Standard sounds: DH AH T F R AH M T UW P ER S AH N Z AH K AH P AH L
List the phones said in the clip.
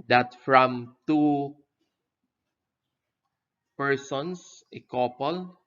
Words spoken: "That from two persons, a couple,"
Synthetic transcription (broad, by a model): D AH T F R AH M T UW P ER S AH N S AH K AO P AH L